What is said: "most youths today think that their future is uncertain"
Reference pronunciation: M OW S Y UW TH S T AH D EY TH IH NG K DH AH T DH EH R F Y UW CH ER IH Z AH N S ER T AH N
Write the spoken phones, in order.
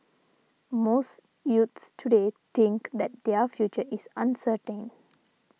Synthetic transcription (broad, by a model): M OW S Y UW T S T AH D EY T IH NG K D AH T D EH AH F Y UW CH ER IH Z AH N S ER T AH N